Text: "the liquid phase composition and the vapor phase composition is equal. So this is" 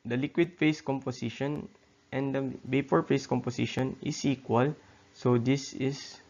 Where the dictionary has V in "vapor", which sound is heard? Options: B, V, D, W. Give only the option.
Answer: B